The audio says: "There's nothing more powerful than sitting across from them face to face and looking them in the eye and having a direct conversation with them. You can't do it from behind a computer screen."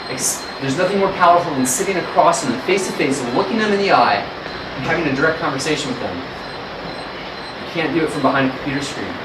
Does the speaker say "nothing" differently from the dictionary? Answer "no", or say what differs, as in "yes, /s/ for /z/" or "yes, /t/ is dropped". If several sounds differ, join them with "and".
no